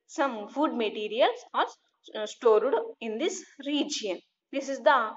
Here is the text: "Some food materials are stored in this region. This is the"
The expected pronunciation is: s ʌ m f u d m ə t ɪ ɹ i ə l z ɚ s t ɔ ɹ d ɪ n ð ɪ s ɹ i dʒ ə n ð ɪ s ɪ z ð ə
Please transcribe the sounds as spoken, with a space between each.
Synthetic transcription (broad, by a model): s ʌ m f u d m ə t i ɹ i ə l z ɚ s t ɔ ɹ d ɪ n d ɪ s ɹ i dʒ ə n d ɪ s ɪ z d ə